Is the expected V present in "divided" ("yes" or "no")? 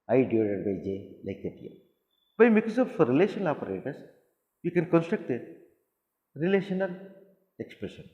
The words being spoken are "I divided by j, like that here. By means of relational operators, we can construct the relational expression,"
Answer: no